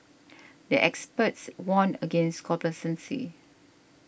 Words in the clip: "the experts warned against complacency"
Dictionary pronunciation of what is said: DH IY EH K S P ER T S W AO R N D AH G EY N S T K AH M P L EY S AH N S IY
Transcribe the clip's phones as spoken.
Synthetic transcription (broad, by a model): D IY EH K S P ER T S W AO N AH G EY N S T K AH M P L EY S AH N S IY